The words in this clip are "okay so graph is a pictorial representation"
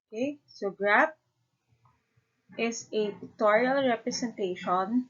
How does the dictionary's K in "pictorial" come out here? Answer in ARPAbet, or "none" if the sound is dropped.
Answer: none